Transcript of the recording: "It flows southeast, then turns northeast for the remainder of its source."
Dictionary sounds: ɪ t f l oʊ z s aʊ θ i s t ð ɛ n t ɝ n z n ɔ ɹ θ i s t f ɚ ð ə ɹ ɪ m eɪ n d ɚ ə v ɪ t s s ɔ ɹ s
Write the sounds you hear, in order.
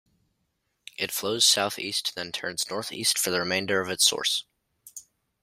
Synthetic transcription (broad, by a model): ɪ t f l oʊ z s aʊ θ i s t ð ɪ n t ɝ n z n ɔ ɹ θ i s t f ɚ ð ə ɹ ɪ m eɪ n d ɚ ə v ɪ t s s ɔ ɹ s